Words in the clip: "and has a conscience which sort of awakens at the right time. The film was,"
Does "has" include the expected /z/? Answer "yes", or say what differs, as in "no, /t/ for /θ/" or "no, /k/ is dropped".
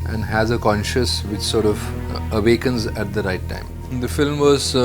yes